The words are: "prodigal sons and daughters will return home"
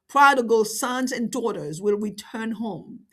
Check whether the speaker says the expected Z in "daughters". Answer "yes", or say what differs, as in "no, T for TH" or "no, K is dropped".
yes